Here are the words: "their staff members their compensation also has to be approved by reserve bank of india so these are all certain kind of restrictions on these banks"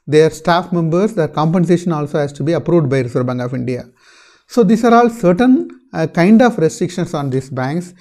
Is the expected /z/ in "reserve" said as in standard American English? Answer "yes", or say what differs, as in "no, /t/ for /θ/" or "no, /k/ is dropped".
no, /s/ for /z/